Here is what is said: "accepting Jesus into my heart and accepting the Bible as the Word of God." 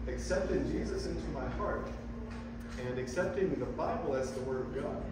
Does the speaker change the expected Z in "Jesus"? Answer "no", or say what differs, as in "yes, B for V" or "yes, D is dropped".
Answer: no